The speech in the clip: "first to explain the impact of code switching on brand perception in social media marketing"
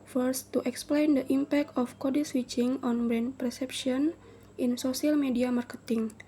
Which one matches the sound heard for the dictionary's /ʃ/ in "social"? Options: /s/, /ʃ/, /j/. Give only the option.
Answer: /s/